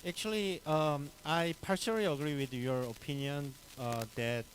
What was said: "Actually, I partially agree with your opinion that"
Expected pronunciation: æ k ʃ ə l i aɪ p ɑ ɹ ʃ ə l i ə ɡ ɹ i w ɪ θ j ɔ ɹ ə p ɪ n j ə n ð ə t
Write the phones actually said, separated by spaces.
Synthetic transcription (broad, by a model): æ k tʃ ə l i aɪ p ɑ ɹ s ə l i ə ɡ ɹ i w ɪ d j ɔ ɹ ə p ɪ n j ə n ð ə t